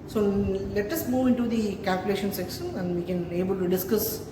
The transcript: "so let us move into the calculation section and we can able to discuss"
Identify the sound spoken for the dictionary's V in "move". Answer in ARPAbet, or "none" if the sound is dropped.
V